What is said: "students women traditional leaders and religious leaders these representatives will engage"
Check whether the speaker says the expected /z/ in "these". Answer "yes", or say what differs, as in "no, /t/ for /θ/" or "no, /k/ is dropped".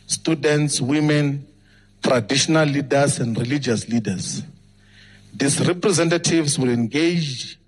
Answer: no, /s/ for /z/